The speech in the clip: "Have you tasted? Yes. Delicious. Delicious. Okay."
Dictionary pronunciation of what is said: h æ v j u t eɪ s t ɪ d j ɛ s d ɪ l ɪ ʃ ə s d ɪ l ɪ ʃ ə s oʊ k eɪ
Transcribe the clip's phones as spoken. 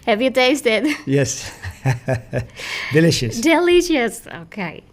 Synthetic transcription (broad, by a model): h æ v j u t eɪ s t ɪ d j ɛ s d ɪ l ɪ ʃ ə s d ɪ l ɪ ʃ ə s oʊ k eɪ